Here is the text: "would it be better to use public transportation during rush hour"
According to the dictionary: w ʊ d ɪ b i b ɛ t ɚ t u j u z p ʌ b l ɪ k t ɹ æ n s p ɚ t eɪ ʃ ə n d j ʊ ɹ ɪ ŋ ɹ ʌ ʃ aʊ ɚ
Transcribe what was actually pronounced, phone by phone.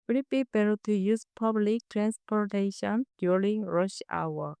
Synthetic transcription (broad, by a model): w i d ɪ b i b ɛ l t u j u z p ʌ b l ɪ k t ɹ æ n s p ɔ t eɪ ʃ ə n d j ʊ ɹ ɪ ŋ ɹ ʌ ʃ aʊ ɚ